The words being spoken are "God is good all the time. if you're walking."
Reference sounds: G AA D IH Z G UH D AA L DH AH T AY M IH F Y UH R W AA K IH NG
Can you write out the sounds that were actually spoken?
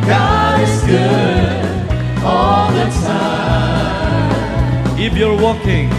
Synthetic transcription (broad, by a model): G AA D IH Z G UH D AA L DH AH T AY IH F Y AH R W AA K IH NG